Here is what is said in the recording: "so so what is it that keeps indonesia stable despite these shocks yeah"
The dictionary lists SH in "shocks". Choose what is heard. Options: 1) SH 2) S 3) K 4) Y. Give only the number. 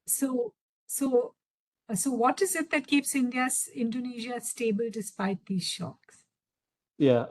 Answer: 1